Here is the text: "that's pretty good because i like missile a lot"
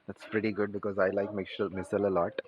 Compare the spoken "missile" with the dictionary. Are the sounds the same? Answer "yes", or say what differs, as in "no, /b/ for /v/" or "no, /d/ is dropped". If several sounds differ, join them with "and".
yes